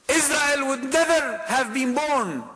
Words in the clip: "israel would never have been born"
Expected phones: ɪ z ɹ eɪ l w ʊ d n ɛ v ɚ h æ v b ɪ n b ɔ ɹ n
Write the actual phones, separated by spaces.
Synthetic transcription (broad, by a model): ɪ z ɹ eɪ l w ʊ d n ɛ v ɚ h æ v b ɪ n b ɔ ɹ n